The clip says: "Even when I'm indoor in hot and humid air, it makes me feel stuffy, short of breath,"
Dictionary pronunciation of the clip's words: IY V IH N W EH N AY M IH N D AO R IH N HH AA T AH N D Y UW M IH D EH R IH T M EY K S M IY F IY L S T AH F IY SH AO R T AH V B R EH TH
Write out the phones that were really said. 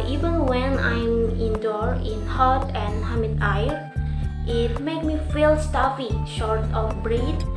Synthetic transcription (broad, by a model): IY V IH N W EH N AY M IH N D AO R IH N HH AA T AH N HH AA M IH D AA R IH T M EY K M IY F IY L S T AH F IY SH AO R T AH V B R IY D